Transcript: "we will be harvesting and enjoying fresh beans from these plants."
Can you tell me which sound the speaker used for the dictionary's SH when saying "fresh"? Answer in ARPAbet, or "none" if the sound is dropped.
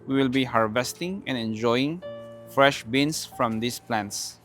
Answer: SH